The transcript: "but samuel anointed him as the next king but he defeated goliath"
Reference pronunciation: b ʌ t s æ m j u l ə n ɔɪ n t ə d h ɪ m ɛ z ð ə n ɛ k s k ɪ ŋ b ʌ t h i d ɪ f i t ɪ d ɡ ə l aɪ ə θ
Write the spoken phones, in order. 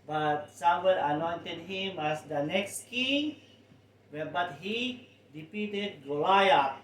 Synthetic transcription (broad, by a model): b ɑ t s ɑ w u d ə n ɔɪ n t ə d h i m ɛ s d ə n ɛ k s k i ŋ b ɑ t h i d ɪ p i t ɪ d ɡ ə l aɪ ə